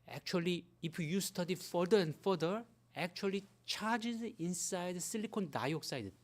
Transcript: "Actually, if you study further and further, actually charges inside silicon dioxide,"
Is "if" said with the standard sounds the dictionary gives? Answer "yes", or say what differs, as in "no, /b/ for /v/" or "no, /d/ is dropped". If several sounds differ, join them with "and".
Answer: no, /p/ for /f/